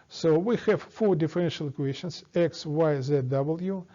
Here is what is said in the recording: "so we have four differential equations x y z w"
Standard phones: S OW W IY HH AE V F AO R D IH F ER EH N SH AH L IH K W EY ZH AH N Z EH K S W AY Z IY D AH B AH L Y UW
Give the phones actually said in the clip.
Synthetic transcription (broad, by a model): S OW W IY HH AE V F AO R D IH F ER EH N SH AH L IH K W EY SH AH N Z EH K S W AY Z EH D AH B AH L Y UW